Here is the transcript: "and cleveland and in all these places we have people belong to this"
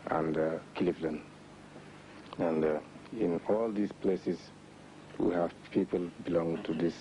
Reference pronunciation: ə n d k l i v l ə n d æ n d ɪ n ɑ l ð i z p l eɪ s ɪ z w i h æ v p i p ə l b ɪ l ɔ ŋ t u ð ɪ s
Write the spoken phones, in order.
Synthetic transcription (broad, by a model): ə n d k l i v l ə n æ n d ɪ n ɑ l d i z p l eɪ s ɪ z w i h æ v p i p ə l b ɪ l ɔ ŋ t u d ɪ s